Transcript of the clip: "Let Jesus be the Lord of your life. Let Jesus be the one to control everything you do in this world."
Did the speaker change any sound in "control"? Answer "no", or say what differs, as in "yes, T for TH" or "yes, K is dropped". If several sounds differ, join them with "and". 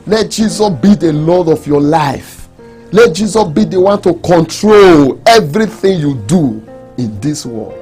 no